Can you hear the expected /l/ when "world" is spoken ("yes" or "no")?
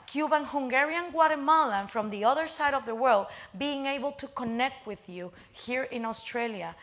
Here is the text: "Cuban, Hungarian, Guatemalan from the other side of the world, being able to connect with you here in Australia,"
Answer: yes